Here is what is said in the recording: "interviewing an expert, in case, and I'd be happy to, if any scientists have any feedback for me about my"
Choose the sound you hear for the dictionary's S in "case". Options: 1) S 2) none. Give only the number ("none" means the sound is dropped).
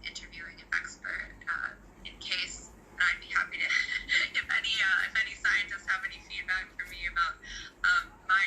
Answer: 2